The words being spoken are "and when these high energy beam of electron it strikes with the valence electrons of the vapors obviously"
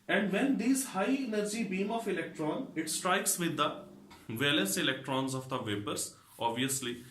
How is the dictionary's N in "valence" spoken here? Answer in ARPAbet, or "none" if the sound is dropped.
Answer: none